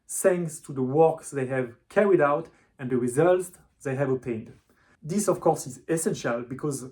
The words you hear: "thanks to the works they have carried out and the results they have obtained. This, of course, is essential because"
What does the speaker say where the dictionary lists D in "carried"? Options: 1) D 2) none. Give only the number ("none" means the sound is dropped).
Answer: 1